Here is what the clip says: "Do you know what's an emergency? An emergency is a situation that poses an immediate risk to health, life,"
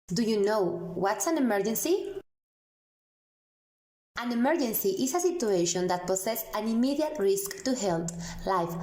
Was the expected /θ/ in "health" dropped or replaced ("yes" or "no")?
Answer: yes